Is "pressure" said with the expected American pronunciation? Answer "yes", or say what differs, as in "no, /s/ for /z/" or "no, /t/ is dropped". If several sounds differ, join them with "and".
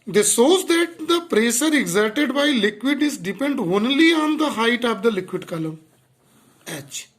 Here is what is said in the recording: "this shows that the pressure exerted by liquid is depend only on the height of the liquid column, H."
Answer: no, /s/ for /ʃ/